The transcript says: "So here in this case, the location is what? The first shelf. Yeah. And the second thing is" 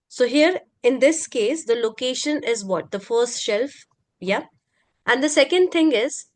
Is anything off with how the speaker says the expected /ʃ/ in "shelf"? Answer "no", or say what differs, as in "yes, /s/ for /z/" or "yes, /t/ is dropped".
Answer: no